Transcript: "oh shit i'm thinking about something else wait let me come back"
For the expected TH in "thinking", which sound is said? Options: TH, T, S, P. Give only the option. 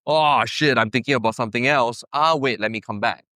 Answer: T